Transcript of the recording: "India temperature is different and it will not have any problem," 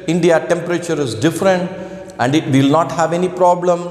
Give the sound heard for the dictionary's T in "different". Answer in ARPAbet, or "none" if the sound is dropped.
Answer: T